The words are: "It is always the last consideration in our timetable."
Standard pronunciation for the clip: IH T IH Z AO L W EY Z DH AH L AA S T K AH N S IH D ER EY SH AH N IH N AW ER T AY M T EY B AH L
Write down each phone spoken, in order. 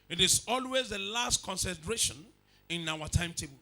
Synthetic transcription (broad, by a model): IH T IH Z AO L W EY Z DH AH L AA S T K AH N S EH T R EY SH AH N IH N AW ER T AY M T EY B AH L